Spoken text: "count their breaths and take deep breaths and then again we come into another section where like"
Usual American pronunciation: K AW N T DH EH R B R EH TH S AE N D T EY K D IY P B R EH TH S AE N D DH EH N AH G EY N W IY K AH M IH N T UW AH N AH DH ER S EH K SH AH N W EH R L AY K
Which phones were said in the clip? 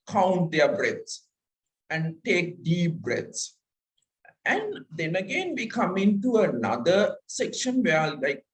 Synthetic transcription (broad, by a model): K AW N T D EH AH B R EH T S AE N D T EY K D IY P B R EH T S AE N D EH N AH G EY N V IY K AH M IH N T UW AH N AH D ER S EH K SH AH N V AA L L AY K